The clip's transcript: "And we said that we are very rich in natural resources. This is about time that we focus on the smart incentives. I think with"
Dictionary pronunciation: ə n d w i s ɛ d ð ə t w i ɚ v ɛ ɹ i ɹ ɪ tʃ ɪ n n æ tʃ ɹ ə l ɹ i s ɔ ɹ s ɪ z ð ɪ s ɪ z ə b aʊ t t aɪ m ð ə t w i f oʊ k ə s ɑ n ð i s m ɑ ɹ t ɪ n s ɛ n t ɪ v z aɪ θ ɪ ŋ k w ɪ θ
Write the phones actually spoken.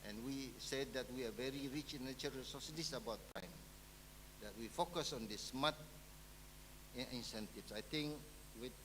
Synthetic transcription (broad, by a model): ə n w i s ɛ d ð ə t w i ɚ v ɛ ɹ i ɹ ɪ tʃ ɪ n n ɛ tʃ ə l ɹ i s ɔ s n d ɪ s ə b aʊ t t aɪ m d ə t w i f oʊ k ə s ɑ n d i s m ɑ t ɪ n s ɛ n t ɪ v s aɪ t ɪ ŋ k w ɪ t